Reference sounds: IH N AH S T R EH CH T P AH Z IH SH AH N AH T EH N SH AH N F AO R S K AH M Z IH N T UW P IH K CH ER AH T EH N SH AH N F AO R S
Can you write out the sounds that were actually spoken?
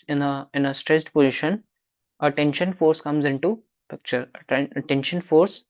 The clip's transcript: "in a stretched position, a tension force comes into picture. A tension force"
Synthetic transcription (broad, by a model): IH N AH S T R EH S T P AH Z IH SH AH N AH T EH N SH AH N F AO R S K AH M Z IH N T UW P IH K CH ER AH T EH N SH AH N F AO R S